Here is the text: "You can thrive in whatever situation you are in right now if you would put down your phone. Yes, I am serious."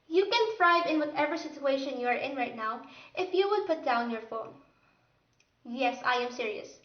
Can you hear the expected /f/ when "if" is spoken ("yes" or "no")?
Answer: yes